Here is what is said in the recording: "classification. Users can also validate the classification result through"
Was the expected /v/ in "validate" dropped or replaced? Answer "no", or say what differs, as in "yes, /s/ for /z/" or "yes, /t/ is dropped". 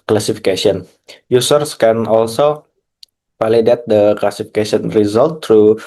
yes, /p/ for /v/